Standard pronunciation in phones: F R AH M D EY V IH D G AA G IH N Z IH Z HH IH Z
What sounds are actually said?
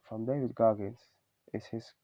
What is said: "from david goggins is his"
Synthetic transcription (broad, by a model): F R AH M D EY V IH D G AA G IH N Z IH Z HH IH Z